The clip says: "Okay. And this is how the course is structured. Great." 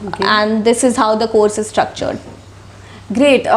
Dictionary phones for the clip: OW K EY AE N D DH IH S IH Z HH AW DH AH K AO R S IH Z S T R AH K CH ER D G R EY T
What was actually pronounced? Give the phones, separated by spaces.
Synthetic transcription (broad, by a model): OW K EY AE N D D IH S IH Z HH AW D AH K AO R S IH Z S T R AH K CH ER D G R EY T